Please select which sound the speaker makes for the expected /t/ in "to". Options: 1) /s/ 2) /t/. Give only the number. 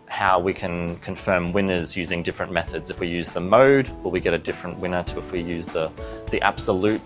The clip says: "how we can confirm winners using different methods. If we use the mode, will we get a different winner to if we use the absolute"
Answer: 2